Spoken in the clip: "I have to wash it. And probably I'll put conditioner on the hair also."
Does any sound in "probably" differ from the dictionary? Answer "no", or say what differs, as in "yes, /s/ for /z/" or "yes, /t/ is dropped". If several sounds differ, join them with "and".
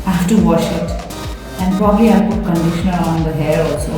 no